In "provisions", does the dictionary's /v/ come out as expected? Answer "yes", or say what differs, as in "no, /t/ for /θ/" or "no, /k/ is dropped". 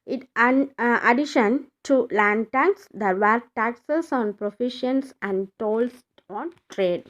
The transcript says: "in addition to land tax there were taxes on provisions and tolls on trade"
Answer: no, /f/ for /v/